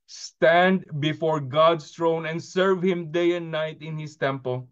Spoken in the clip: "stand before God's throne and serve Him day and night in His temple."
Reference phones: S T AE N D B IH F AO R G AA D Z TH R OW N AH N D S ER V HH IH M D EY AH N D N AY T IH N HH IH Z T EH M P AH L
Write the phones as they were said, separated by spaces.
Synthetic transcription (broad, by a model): S T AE N D B IH F AO R G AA D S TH R OW N AH N D S ER V HH IH M D EY AH N D N AY T IH N HH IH S T EH M P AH L